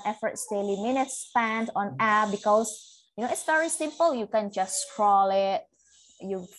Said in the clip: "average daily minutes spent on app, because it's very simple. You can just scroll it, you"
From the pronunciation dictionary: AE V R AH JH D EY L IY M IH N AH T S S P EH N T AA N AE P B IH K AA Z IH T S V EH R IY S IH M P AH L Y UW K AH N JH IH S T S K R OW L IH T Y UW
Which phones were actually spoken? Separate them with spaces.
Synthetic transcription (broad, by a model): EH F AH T D EY L IY M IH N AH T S S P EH N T AA N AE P B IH K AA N IH T S V EH R IY S IH M P AH L Y UW K AH N JH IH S S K R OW L IH T Y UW